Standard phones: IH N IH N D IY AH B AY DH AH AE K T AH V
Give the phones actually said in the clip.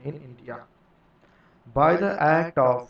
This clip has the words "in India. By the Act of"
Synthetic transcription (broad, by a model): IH N IH N D IY AH B AY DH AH AE K T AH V